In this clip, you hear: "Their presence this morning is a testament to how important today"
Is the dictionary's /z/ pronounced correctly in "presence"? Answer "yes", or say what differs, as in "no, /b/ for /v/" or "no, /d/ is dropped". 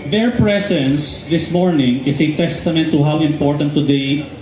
no, /s/ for /z/